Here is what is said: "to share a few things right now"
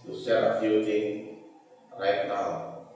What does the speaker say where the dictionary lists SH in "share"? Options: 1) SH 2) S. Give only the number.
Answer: 2